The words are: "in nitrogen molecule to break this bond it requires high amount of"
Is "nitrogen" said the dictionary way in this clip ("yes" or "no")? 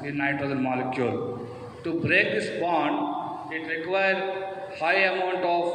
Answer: no